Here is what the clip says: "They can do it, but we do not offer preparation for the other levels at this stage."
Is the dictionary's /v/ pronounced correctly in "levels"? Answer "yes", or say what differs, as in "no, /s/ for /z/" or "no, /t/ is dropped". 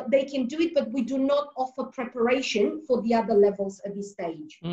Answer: yes